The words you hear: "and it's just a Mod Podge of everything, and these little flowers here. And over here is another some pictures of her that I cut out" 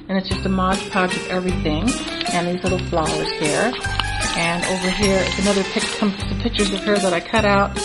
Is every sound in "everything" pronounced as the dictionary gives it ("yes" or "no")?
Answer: yes